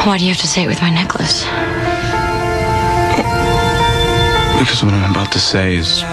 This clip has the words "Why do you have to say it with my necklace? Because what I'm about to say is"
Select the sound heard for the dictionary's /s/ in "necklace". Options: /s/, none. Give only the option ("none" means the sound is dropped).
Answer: /s/